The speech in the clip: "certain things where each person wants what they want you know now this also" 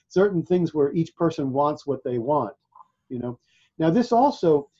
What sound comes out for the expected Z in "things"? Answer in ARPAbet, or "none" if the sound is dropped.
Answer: Z